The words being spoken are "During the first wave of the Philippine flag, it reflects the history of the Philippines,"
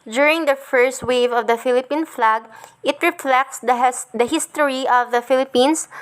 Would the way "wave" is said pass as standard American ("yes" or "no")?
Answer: yes